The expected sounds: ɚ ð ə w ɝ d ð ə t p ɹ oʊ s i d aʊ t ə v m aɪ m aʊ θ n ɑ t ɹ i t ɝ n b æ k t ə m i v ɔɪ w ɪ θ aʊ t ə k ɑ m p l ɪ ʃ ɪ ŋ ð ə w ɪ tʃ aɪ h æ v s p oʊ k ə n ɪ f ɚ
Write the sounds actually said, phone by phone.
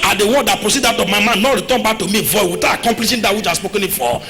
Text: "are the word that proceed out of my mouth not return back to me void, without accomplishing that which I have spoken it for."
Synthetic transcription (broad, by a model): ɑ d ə w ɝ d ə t p ɹ oʊ s i d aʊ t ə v m aɪ m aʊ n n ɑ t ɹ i t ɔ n b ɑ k t ə m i v ɔɪ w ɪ t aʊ ə k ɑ m p l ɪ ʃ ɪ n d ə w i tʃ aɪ s p oʊ k ə n ɪ f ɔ